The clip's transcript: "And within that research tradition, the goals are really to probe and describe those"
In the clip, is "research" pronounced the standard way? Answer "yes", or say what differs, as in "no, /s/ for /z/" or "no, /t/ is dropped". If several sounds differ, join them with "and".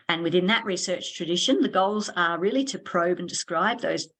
yes